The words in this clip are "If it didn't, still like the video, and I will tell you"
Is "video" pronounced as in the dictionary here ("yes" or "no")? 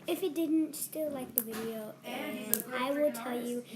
yes